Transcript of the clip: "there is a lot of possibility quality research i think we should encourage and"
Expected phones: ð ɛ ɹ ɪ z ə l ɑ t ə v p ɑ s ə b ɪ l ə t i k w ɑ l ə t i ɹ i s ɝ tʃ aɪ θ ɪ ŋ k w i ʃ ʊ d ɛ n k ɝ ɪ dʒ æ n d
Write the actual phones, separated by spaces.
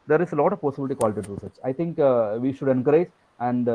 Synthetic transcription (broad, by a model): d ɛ ɹ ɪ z ə l ɑ t ə v p ɑ s ə b ɪ l ə t i k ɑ l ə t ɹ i s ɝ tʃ aɪ t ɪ ŋ k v i ʃ ʊ d ɛ n k ɝ ɪ dʒ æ n d